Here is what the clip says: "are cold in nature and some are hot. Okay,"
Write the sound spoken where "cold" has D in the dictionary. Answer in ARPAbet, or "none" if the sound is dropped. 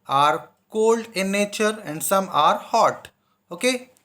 D